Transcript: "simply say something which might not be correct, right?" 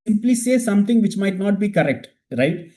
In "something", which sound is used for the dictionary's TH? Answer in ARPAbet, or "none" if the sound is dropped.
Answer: T